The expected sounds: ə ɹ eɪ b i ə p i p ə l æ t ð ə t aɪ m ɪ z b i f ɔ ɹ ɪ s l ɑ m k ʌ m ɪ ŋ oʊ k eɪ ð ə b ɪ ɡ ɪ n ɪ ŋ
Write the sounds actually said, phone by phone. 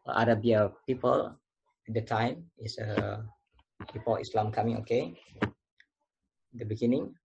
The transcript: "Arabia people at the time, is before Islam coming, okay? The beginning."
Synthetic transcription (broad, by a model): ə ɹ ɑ b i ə p i p ə l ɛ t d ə t aɪ m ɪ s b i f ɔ l ɪ s l ɑ m k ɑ m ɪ ŋ oʊ k eɪ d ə b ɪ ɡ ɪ n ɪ ŋ